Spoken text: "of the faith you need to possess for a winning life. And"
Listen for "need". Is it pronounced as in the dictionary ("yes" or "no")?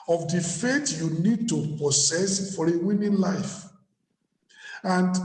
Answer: yes